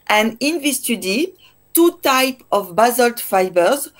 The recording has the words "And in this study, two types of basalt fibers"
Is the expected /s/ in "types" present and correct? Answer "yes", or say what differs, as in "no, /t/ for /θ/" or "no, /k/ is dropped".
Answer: no, /s/ is dropped